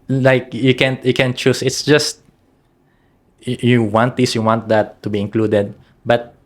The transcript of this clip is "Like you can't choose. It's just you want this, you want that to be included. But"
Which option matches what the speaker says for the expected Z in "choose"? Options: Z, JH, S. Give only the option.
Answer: S